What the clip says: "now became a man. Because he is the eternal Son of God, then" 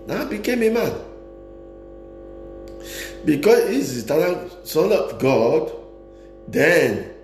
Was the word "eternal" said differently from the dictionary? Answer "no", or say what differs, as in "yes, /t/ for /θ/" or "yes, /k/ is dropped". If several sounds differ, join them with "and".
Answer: yes, /l/ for /n/ and /n/ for /l/